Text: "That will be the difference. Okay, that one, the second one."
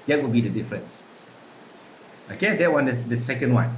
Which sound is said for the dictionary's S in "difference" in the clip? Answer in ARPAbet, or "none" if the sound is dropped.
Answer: S